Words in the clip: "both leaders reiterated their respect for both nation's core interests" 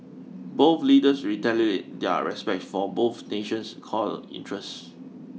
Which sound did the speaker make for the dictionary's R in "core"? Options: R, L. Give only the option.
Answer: L